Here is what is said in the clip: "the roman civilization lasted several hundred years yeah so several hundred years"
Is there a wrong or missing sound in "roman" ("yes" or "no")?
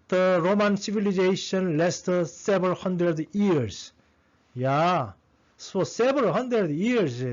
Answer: no